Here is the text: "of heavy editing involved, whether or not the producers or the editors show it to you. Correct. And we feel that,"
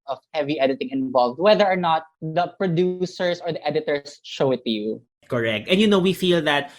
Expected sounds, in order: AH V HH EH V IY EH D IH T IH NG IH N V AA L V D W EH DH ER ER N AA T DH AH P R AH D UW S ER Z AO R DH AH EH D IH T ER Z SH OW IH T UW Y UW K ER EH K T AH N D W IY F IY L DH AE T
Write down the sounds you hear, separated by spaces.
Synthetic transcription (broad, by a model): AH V HH EH V IY EH D IH T IH NG IH N V AA L V D W EH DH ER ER N AA T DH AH P R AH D UW S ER S AO R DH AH EH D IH T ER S SH OW IH T UW Y UW K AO EH K T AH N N W IY F IY L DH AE T